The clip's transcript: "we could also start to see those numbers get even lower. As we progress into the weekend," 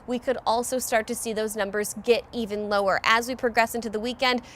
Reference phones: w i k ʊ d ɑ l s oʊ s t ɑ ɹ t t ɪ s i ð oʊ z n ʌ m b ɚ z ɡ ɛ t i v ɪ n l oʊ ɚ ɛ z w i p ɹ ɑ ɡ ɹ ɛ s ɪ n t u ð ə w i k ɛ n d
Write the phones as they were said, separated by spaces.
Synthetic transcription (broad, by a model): w i k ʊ d ɑ l s oʊ s t ɑ ɹ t t ɪ s i ð oʊ z n ʌ m b ɚ z ɡ ɛ t i v ɪ n l oʊ ɚ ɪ z w i p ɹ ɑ ɡ ɹ ɛ s ɪ n t u ð ə w i k ɛ n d